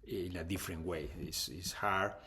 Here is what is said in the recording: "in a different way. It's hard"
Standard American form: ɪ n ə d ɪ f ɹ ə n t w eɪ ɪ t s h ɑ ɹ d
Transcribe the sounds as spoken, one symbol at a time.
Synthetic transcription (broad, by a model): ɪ n ə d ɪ f ɹ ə n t w eɪ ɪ s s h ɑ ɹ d